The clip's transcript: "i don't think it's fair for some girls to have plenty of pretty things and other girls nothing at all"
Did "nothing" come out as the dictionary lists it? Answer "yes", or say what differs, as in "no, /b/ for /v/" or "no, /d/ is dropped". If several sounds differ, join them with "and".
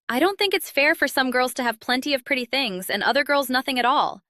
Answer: yes